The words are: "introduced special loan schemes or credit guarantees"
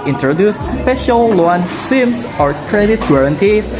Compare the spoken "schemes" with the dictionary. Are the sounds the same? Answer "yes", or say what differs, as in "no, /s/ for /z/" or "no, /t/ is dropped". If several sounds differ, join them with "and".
no, /k/ is dropped and /s/ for /z/